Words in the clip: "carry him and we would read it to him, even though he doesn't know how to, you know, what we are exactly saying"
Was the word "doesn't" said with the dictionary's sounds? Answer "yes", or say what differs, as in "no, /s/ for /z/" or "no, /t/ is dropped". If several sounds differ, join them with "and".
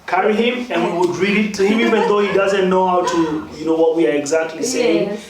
yes